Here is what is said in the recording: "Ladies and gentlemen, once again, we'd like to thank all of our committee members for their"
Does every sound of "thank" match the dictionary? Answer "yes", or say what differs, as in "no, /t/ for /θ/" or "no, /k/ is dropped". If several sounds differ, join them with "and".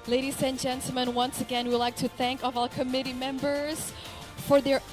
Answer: yes